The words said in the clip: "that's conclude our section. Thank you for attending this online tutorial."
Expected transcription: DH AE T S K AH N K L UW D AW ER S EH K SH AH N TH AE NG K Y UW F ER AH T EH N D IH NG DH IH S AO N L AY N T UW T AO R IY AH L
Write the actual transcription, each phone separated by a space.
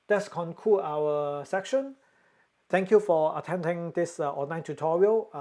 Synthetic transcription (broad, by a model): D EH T S K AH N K UW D AW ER S EH K SH AH N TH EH NG K Y UW F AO AH T EH N D IH NG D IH S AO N AY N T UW T AO R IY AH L